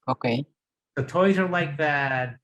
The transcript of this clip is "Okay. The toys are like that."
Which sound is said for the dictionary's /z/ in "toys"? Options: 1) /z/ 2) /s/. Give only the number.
1